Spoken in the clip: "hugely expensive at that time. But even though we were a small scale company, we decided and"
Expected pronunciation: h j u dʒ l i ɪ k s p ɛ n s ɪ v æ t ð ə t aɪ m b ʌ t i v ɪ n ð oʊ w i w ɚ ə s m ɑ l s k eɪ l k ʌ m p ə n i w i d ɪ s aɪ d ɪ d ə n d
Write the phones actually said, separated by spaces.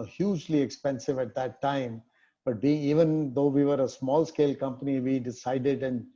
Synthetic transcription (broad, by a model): h j u dʒ l i ɪ k s p ɛ n s ɪ v æ t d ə t aɪ m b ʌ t i v ɪ n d oʊ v i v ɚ ə s m ɑ l s k eɪ l k ʌ m p ə n i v i d ɪ s aɪ d ɪ d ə n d